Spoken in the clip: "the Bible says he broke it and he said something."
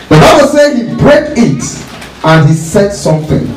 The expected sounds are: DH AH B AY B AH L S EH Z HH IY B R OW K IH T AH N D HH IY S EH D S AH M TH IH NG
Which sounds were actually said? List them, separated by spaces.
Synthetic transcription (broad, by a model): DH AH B AY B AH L S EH HH IY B R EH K IH T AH N HH IY S EH D S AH M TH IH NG